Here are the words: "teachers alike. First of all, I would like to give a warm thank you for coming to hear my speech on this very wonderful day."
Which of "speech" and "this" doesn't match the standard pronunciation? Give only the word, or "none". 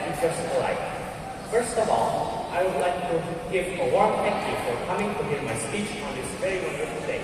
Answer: none